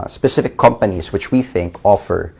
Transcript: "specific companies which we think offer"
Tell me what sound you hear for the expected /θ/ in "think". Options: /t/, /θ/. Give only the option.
/θ/